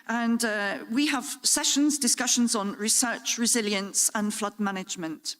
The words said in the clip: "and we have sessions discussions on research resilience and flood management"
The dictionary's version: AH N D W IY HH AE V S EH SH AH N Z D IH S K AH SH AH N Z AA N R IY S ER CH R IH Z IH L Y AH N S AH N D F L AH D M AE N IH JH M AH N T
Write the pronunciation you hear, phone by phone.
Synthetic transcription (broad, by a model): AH N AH W IY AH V S EH SH AH N Z D IH S K AH SH AH N Z N R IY S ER CH R IH Z IH L Y AH N S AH N F L AH D M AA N IH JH M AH N T